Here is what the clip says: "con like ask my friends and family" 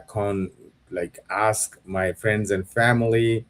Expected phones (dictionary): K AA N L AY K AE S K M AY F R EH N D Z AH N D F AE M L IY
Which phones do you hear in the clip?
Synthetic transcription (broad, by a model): K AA N L AY K AE S K M AY F R EH N D Z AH N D F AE M L IY